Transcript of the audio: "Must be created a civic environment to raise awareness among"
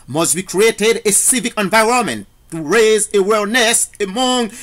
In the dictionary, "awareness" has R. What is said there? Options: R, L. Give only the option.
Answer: L